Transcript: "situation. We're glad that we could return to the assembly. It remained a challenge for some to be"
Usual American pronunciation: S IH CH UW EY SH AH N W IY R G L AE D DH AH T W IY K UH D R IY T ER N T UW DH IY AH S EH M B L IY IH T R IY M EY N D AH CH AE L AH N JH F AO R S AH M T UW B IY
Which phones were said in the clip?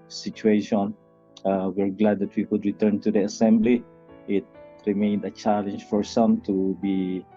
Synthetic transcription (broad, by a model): S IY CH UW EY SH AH N W IY R G L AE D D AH T W IY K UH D R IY T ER N T UW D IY AH S EH M B L IY IH T R IY M EY N D AH CH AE L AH N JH F AO R S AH M T UW B IY